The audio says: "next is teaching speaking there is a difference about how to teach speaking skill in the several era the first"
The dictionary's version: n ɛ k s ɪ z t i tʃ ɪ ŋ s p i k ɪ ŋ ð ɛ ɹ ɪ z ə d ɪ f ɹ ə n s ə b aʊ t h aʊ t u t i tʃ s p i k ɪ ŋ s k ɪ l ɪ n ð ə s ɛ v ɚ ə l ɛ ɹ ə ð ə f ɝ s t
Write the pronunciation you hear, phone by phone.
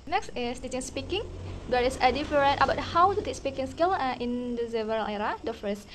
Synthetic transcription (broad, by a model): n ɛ k s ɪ s t i tʃ ɪ ŋ s p i k ɪ ŋ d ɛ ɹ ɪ s ə d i f ɹ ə n ə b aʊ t h aʊ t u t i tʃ s p i k ɪ ŋ s k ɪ l ɪ n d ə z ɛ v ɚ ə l ɛ ɹ ə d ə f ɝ s